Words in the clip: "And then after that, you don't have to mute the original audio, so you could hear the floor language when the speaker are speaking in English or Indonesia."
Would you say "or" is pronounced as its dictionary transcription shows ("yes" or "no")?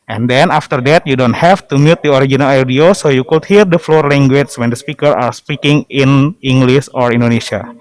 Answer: yes